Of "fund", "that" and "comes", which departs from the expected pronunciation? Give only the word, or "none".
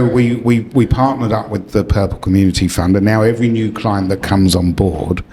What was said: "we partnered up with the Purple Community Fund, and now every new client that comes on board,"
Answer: none